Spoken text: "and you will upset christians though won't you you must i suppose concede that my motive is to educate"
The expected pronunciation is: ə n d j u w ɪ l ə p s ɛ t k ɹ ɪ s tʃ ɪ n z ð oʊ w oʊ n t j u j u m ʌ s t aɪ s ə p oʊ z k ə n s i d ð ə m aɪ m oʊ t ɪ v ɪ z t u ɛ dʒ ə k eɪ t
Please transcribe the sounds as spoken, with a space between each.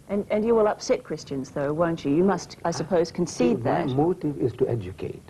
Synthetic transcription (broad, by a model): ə n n j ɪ w ɪ l ə p s ɛ t k ɹ ɪ s tʃ ɪ n z ð oʊ w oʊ n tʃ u j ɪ m ʌ s t aɪ s ə p oʊ z k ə n s i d ð ə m m oʊ t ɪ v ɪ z t u ɛ dʒ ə k eɪ t